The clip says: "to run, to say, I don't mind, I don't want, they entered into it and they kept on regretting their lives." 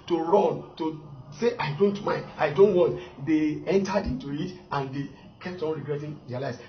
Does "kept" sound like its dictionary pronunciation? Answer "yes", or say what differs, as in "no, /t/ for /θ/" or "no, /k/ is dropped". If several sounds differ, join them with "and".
yes